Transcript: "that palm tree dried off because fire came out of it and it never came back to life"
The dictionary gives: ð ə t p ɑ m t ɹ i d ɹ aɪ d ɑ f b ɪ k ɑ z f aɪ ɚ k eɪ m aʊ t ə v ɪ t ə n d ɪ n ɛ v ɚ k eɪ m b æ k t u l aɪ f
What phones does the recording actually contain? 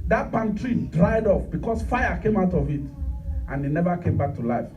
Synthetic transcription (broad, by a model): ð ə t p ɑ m t ɹ i d ɹ aɪ d ɑ f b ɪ k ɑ s f aɪ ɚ k eɪ m aʊ t ə v ɪ t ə n ɪ n ɛ v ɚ k eɪ m b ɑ k t u l aɪ f